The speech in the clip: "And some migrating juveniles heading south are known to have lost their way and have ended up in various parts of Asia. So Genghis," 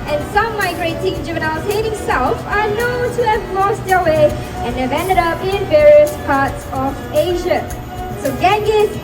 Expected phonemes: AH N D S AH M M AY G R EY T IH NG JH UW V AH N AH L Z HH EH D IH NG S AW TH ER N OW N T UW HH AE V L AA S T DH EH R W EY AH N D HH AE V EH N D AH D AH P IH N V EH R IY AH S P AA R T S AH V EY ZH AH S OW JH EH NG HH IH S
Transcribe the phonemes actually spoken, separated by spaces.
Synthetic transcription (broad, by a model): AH N S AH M M AY G R EY T IH NG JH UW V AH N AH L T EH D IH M S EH F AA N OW T UW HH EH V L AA S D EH W EY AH N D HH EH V EH N D AH D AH P IH N V EH R IY AH S P AA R T S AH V EY ZH AH S OW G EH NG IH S